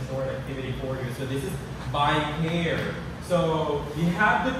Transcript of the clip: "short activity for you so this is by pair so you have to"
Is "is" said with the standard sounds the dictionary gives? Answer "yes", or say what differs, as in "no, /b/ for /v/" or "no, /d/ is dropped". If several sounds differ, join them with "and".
yes